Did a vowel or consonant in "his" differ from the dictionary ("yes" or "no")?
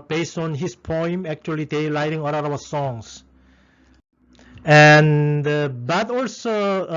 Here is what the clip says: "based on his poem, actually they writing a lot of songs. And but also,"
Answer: yes